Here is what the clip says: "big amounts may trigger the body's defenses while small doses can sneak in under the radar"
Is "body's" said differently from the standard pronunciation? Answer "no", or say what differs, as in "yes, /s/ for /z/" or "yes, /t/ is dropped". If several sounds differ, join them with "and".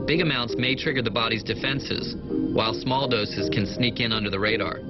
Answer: no